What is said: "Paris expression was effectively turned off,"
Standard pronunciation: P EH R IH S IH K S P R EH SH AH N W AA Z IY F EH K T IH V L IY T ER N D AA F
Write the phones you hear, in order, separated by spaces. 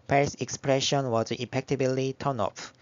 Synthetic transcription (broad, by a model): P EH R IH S IH K S P R EH SH AH N W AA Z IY P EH K T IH B L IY T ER N AA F